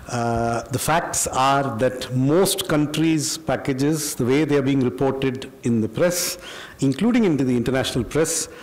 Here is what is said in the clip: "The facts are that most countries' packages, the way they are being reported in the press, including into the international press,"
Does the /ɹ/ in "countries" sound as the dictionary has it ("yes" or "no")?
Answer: yes